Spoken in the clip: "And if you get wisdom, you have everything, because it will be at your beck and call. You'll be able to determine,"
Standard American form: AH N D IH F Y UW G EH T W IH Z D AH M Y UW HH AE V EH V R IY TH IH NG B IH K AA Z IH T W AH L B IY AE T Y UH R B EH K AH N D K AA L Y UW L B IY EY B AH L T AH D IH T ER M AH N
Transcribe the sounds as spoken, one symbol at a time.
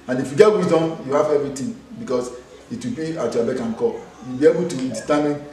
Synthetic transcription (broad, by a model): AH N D IH F Y UW G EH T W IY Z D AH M Y UW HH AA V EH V R IY T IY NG B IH K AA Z IH T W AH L B IY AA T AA B EH K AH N K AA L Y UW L B IY EY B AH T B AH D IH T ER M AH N